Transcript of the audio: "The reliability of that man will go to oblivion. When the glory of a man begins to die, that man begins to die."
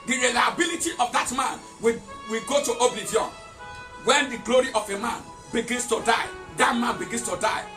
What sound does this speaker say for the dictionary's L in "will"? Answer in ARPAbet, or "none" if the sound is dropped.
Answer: W